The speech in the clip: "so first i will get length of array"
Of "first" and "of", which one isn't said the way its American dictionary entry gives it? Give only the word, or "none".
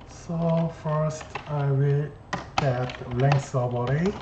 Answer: of